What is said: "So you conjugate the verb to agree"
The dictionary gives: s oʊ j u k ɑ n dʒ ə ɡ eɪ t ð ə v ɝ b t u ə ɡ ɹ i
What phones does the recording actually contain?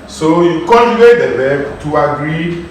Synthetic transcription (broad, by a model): s oʊ j u k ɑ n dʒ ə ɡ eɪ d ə b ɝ t u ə ɡ ɹ i